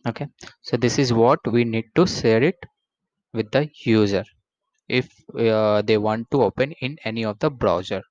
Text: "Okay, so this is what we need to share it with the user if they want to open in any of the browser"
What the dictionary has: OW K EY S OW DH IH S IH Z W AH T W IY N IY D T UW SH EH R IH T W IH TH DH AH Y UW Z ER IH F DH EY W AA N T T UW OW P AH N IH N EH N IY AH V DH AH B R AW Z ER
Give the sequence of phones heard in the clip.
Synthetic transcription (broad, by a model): OW K EY S OW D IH S IH Z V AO T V IY N IY D T UW S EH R IH T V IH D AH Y UW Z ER IH F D EY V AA N T T UW OW P AH N IH N EH N IY AH V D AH B R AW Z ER